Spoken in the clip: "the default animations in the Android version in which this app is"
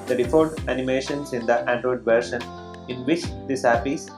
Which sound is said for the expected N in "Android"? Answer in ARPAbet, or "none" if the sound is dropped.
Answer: N